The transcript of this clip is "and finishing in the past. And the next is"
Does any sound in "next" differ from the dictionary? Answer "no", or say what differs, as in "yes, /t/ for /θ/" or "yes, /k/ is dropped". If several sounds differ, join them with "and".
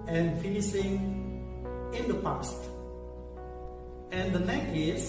yes, /s/ is dropped